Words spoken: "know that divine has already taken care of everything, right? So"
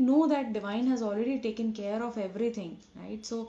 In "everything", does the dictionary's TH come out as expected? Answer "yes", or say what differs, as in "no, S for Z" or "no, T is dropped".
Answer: no, T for TH